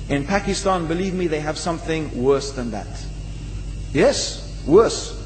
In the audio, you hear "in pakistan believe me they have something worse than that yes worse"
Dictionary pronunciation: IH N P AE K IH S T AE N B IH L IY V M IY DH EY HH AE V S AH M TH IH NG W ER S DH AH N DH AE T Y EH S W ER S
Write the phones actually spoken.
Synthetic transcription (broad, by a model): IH N P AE K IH S T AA N B IH L IY V M IY DH EY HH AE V S AH M TH IH NG W ER S DH AH N DH AE T Y EH S W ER S